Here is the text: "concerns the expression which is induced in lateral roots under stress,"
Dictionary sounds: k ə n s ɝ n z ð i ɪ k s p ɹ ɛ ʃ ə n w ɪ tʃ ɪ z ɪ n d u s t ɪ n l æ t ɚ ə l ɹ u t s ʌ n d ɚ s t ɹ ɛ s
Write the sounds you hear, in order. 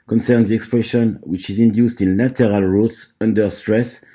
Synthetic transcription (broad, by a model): k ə n s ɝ n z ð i ɪ k s p ɹ ɛ ʃ ə n w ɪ tʃ ɪ z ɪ n d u s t ɪ n l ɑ t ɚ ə l ɹ u t s ʌ n d ɚ s t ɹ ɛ s